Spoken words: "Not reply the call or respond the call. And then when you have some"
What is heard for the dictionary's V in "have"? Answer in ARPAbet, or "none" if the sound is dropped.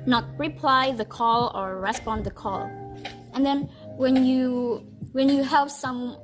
P